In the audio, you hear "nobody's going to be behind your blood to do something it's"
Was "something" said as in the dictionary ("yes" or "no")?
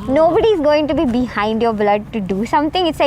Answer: no